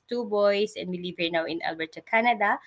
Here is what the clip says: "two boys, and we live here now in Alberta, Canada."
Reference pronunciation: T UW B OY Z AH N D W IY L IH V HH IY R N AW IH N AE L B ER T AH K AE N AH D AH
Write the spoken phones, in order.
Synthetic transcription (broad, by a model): T UW B OY S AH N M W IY L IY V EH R N AW IH N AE L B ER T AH K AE N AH D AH